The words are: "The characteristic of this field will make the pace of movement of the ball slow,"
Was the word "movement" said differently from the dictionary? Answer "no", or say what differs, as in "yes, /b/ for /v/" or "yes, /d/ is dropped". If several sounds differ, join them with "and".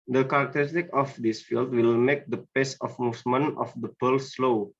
yes, /t/ is dropped